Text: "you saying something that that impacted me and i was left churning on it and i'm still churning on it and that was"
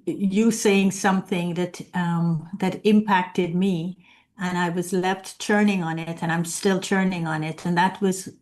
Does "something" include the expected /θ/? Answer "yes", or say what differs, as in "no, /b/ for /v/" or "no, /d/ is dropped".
yes